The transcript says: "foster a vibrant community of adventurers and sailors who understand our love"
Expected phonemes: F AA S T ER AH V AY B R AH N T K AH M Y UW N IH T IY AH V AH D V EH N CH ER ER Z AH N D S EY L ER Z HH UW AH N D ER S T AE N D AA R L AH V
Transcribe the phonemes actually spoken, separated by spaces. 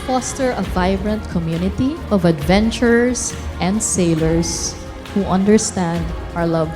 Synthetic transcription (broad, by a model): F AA S T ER AH V AY B R AH N T K AH M Y UW N IH T IY AH V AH D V EH N CH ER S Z AH N D S EY L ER S HH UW AH N D ER S T AE N D AA R L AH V